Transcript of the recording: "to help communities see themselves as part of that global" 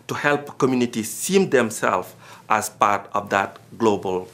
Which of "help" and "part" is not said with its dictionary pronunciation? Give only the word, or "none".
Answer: none